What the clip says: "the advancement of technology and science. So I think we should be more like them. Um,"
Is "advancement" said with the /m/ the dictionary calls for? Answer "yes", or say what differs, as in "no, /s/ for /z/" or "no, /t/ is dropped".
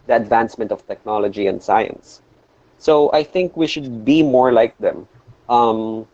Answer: yes